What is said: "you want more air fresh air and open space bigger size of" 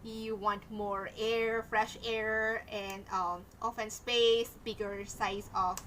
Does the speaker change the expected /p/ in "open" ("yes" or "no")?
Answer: yes